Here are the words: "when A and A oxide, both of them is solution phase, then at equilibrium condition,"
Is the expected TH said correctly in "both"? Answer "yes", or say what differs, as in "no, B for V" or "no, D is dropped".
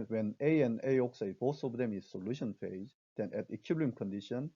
no, S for TH